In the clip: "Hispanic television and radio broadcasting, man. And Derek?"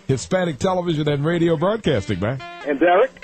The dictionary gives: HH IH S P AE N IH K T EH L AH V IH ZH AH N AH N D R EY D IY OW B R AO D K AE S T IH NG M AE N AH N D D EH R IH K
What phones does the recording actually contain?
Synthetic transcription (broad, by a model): HH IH S P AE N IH K T EH L AH V IH ZH AH N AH N R EY D IY OW B R AO D K AE S T IH NG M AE AH N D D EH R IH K